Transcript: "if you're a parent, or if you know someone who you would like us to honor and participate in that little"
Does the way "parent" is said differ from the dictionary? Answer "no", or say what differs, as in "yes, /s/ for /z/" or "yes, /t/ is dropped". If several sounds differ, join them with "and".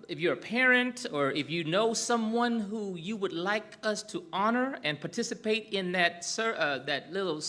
no